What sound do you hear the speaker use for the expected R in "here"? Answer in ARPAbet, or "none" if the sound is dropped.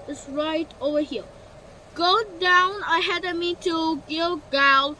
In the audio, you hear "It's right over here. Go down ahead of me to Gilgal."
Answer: L